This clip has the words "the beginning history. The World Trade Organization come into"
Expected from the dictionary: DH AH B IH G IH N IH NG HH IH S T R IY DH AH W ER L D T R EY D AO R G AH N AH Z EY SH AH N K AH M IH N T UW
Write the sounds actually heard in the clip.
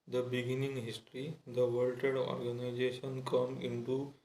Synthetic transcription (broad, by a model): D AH B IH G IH N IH NG HH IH S T R IY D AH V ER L T EY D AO R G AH N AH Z EY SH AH N K AH M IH N T UW